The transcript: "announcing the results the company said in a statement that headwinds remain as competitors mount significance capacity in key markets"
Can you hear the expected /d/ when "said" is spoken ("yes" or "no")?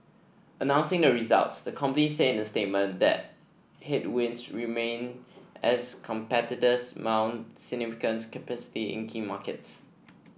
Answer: no